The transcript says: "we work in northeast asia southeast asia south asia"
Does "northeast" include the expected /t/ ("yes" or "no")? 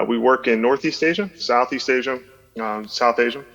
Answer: yes